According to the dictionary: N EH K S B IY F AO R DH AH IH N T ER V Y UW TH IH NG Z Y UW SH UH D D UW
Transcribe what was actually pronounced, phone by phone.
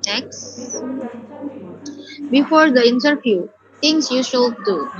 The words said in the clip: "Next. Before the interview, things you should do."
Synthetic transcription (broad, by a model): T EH K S B IY F AO R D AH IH N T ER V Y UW T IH NG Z Y UW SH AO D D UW